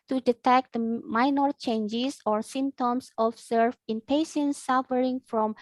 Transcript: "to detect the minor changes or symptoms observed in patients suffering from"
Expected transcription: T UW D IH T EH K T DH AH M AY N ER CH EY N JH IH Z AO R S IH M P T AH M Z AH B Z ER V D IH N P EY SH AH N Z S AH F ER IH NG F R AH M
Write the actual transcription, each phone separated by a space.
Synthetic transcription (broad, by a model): T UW D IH T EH K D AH M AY N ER CH EY N JH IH S AO R S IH M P T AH M S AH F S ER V IH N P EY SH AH N S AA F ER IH NG F R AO M